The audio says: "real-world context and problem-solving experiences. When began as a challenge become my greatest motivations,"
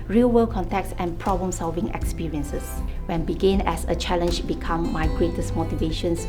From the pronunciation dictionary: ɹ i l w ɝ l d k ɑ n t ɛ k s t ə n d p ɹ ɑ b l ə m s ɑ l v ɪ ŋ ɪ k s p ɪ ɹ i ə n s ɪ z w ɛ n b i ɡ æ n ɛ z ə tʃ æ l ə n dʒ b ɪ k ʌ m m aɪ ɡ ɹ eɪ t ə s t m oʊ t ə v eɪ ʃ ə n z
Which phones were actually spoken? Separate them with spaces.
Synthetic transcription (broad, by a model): ɹ i l w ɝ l k ɑ n t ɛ k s ə n p ɹ ɑ b l ə m s ɑ l v ɪ ŋ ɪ k s p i ɹ i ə n s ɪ s w ɛ n b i ɡ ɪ n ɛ s ə tʃ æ l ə n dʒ b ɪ k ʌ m m aɪ ɡ ɹ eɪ t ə s m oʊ t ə v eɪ ʃ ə n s